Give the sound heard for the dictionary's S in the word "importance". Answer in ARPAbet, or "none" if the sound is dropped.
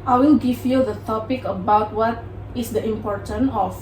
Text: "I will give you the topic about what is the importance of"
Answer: none